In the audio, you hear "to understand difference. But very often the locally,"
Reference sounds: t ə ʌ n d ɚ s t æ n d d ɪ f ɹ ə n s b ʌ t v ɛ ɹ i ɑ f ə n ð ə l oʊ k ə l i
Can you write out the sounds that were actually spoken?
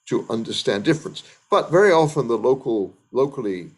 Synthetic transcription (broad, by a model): t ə ʌ n d ɚ s t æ n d d ɪ f ɹ ə n s b ʌ t v ɛ ɹ i ɑ f ə n ð ə l oʊ k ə l i